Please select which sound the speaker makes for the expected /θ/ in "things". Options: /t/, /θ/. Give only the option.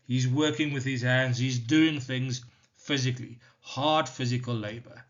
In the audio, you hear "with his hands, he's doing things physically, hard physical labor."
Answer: /θ/